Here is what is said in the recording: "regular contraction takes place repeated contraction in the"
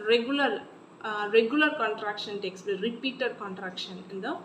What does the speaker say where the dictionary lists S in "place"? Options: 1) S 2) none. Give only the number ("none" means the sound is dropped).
2